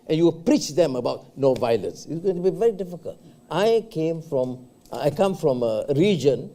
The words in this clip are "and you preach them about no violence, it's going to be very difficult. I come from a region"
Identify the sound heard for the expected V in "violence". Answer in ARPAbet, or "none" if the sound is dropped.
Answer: V